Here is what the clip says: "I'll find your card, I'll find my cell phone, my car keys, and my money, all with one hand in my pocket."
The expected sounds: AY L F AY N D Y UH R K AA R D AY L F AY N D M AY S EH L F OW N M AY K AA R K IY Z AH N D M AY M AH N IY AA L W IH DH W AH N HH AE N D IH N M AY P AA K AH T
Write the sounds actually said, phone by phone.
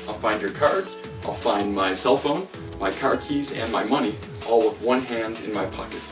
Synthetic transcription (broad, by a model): AY L F AY N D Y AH R K AA R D AY L F AY N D M AY S EH L F OW N M AY K AA R K IY Z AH N M AY M AH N IY AA L W IH DH W AH N HH AE N D IH N M AY P AA K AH T